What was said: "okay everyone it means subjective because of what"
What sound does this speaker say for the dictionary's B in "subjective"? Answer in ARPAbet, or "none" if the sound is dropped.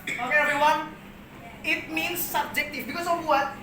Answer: B